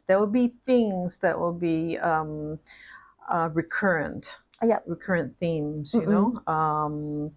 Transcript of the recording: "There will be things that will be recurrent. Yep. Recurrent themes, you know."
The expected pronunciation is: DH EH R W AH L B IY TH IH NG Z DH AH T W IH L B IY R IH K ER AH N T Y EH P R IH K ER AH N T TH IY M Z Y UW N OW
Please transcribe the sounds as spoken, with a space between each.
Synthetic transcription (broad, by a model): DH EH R W AH L B IY TH IH NG Z DH AH T W IH L B IY R IH K ER AH N T Y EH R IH K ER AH N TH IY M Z Y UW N OW